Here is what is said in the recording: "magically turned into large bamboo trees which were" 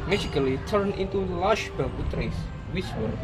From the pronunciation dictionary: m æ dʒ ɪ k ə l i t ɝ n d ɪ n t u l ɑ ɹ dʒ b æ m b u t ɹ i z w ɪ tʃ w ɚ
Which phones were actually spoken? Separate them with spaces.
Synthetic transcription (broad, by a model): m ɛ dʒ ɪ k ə l i t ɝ n ɪ n t u l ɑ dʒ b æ b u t ɹ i s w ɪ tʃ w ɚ